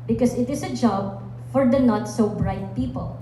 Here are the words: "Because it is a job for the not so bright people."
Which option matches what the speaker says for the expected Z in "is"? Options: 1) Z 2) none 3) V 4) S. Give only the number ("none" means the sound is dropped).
4